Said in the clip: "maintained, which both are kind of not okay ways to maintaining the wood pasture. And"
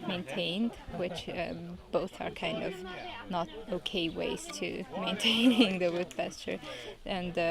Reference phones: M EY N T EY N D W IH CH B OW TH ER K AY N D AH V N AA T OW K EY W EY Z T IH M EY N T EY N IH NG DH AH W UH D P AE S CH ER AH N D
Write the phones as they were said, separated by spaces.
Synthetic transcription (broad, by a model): M EY N T EY N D W IH CH B OW TH ER K AY N D AH V N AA T OW K EY W EY Z T IH M EY N T EY N IH NG DH AH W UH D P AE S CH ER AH N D